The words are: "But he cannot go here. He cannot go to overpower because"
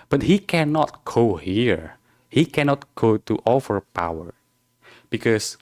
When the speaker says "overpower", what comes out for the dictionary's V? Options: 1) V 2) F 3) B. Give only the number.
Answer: 2